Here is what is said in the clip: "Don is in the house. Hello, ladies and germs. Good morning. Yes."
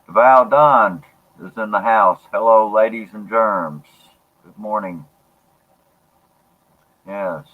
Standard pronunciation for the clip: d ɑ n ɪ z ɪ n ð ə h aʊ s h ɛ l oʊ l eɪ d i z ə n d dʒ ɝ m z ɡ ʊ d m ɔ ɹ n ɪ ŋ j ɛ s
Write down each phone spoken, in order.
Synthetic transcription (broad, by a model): d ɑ n ɪ z ɪ n ð ə h aʊ s h ɛ l oʊ l eɪ d i z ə n dʒ ɝ m z ɡ ʊ d m ɔ ɹ n ɪ ŋ j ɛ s